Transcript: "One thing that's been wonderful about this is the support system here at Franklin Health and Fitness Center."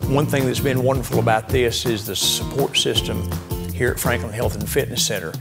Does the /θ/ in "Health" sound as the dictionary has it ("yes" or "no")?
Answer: yes